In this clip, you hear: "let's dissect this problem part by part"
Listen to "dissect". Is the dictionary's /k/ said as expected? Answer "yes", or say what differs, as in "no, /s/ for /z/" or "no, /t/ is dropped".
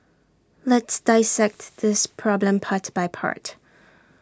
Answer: yes